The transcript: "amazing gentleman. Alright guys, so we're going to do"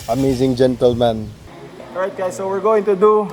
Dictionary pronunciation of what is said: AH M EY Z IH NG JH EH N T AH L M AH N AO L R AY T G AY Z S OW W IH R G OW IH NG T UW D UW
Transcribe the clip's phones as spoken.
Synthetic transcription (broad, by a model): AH M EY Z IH NG JH EH N T AH L M AH N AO R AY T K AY S OW W IH R G OW IH NG T UW D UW